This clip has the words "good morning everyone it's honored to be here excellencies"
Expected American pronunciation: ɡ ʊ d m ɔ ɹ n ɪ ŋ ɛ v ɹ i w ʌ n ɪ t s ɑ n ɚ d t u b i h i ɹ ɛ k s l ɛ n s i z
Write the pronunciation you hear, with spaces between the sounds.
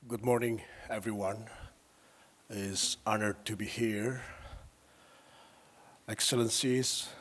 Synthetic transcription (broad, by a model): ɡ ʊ d m ɔ ɹ n ɪ ŋ ɛ v ɹ i w ʌ n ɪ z ɑ n ɚ d t u b i h i ɹ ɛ k s l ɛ n s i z